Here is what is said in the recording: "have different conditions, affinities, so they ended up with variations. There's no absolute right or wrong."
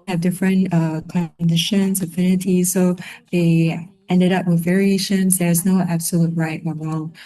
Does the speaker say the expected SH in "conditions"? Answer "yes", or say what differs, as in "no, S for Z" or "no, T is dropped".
yes